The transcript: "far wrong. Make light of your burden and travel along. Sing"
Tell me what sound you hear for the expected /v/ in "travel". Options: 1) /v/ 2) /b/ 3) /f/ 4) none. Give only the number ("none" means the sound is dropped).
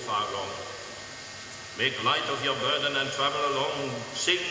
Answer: 1